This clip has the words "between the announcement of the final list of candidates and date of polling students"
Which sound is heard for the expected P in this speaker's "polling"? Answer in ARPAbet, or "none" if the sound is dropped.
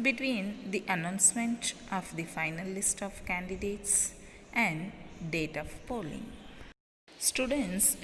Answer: P